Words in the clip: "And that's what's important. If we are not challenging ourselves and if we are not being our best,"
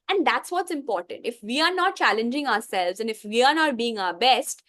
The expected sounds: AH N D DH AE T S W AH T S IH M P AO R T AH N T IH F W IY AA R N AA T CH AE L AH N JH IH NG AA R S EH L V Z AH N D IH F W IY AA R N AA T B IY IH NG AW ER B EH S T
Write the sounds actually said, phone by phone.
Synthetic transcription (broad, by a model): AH N D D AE T S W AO T S IH M P AO R T AH N T IH F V IY AA R N AA T CH AE L AH N JH IH NG AA R S EH L V Z AH N D IH F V IY AA R N AA T B IY IH NG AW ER B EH S T